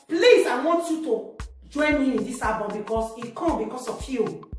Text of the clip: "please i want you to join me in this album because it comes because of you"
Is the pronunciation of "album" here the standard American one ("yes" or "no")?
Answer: no